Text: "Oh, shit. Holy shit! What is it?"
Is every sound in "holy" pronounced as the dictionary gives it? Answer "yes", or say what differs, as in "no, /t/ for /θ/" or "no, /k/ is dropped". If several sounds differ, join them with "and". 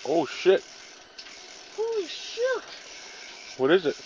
no, /l/ is dropped